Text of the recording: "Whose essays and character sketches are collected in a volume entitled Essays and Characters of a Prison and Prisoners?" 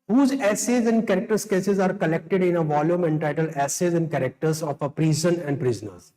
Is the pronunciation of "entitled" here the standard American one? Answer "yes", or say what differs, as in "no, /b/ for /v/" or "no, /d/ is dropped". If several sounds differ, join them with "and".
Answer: no, /d/ is dropped